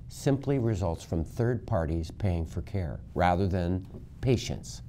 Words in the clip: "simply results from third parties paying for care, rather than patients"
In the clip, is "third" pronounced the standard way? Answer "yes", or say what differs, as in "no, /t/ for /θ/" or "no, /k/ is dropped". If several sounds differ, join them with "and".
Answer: yes